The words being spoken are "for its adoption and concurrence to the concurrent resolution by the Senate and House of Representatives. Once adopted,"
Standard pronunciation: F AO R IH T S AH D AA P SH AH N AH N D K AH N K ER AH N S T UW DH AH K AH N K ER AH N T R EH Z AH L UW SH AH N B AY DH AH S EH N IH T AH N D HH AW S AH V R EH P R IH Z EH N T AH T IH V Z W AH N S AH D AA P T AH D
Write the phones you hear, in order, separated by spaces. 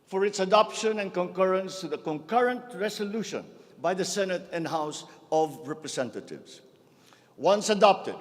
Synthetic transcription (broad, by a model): F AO R IH T S AH D AA P SH AH N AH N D K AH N K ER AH N S T UW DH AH K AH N K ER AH N T R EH S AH L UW SH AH N B AY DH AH S EH N IH T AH N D HH AW S AH V R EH P R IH S EH N T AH T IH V S W AH N S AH D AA P T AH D